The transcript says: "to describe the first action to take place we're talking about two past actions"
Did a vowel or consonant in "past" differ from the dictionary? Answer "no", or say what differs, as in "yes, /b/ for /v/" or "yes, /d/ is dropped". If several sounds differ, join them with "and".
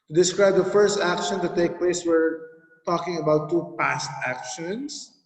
no